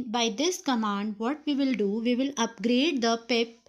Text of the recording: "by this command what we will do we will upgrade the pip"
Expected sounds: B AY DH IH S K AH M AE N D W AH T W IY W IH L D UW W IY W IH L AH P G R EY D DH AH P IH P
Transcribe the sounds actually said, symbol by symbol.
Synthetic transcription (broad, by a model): B AY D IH S K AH M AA N D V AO T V IY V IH L D UW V IY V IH L AH P G R EY D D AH P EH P